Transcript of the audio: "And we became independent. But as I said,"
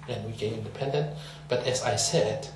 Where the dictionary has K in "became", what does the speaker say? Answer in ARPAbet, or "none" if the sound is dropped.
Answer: none